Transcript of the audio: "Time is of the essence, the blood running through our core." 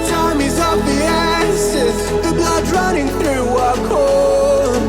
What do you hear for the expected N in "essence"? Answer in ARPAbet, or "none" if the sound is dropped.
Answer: none